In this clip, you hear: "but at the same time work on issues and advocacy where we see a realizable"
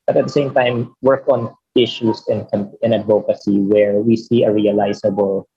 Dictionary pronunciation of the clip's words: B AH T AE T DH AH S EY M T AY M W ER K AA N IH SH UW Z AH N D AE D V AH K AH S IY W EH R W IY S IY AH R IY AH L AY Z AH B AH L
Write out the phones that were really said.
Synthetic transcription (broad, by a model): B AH T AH T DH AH S EY M T AY M W ER K AA N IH SH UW S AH N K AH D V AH K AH S IY W EH R W IY S IY AH R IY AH L AY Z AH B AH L